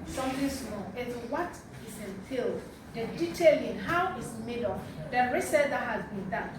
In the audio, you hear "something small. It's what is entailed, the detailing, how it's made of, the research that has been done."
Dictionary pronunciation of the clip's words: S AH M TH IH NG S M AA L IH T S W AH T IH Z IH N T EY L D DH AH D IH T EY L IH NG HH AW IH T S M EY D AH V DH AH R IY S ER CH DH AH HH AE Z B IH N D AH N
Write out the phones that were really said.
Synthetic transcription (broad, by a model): S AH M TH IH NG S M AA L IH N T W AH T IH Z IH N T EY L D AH D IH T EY L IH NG HH AW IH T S M EY D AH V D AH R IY S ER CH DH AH HH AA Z B IH N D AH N